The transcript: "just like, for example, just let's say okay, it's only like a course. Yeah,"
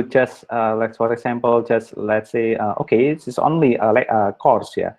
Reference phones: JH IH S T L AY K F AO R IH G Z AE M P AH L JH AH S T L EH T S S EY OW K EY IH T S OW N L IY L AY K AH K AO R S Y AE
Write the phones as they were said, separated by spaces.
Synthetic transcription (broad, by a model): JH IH S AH L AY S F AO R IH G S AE M P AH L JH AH S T L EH T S S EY OW K EY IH S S OW N L IY L AY K AH K AO R S Y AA